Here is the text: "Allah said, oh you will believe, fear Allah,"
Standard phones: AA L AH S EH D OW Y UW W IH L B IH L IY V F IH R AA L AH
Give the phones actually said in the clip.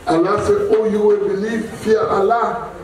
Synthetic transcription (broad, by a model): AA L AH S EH OW Y UW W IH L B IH L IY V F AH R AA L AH